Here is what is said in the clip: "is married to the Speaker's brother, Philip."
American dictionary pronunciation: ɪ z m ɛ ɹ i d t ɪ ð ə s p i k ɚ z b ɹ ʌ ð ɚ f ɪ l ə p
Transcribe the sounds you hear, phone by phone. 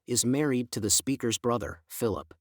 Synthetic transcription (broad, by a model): ɪ z m ɛ ɹ i d t ɪ ð ə s p i k ɚ z b ɹ ʌ ð ɚ f ɪ l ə p